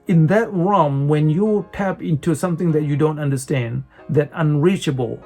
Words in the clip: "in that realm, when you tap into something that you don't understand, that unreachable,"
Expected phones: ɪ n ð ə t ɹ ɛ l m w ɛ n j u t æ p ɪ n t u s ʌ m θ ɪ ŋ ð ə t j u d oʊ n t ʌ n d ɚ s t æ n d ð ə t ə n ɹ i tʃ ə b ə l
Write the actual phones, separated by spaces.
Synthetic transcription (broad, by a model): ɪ n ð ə t ɹ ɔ m w ɛ n j u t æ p ɪ n t u s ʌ m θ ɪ ŋ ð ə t j u d oʊ n t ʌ n d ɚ s t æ n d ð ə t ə n ɹ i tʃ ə b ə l